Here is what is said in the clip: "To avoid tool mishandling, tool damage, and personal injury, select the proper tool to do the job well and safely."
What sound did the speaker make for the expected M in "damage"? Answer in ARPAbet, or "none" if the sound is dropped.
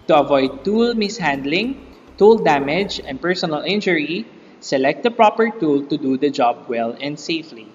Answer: M